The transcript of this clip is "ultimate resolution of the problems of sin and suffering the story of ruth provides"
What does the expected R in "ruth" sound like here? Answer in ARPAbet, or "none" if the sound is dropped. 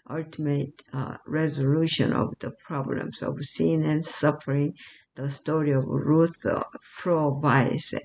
R